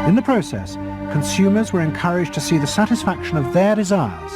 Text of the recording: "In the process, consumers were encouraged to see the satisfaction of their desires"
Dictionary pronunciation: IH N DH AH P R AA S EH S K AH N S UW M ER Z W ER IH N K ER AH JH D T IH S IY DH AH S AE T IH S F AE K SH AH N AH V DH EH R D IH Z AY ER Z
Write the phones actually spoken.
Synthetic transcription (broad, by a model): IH N DH AH P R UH S EH S K AH N S UW M ER Z W ER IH N K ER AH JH T IH S IY DH AH S AE T IH S F AE K SH AH N AH V DH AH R D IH Z AY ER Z